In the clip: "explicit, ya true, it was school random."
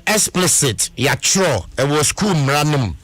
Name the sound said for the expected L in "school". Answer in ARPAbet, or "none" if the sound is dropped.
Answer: N